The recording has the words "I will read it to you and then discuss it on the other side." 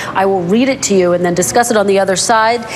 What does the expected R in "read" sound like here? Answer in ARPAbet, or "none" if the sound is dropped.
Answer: R